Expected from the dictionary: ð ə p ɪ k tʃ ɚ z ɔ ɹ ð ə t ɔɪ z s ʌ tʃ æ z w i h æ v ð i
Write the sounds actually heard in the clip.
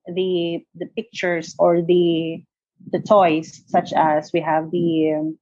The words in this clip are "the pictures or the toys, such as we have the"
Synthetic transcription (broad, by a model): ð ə p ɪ k tʃ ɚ s ɔ ɹ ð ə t ɔɪ s ʌ tʃ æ s w i h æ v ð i